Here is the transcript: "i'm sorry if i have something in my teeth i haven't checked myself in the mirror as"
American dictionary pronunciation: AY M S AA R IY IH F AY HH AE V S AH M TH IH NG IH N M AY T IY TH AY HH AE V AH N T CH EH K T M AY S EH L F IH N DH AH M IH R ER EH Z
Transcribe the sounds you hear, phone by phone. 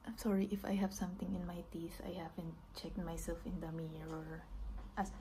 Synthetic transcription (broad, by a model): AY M S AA R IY IH F AY HH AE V S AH M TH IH NG IH N M AY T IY S AY HH AE V AH N T CH EH K T M AY S EH L F IH N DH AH M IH R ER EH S